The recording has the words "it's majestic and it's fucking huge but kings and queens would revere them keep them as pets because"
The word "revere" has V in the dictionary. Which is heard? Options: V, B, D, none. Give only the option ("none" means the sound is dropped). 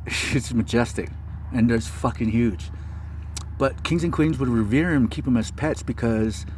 V